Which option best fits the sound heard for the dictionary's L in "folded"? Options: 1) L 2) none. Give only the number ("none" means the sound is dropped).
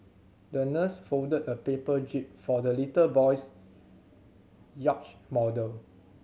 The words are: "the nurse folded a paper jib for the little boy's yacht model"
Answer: 2